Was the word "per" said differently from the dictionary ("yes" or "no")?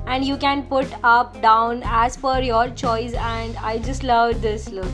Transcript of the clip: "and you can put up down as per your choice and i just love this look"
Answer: yes